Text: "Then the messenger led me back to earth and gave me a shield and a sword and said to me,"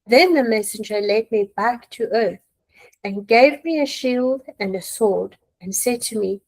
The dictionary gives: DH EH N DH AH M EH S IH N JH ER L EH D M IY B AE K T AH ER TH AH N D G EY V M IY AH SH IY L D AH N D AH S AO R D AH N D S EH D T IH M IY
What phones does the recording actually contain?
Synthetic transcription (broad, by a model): DH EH N DH AH M EH S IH N JH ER L EH D M IY B AE K T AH ER TH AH N G EY V M IY AH SH IY L D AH N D AH S AO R D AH N S EH D T IH M IY